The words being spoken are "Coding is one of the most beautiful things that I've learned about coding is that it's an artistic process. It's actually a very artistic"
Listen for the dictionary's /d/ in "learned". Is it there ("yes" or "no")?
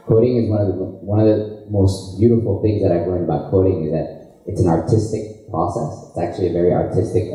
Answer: yes